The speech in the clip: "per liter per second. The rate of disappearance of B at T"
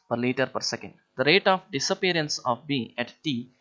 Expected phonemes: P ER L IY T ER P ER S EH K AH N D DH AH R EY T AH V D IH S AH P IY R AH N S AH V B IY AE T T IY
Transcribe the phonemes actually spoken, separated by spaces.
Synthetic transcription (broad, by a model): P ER L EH T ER P ER S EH K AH N D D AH R EY T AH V D IH S AH P IY R AH N S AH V B IY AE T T IY